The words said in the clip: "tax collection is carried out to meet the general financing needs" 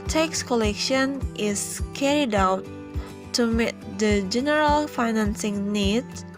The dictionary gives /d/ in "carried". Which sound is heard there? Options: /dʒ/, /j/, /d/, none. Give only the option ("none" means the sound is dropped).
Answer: /d/